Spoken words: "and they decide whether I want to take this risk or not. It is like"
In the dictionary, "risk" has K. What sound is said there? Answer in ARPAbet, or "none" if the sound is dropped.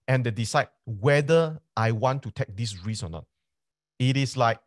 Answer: none